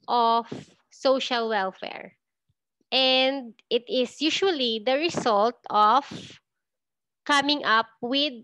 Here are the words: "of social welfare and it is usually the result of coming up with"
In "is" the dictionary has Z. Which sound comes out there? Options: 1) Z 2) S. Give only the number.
2